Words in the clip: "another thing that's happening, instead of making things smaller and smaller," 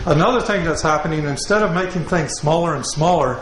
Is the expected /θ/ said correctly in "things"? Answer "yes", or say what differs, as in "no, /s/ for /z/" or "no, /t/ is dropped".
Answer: yes